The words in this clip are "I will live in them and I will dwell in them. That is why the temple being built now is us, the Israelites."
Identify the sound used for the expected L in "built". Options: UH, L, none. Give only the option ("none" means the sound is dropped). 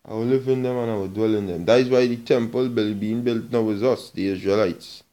L